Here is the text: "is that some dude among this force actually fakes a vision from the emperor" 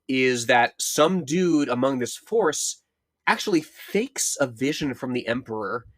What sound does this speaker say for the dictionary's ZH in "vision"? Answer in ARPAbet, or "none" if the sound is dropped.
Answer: ZH